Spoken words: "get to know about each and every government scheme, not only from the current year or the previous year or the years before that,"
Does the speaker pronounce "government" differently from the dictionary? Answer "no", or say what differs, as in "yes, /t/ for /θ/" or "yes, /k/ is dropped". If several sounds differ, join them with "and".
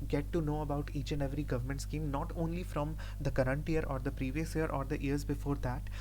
no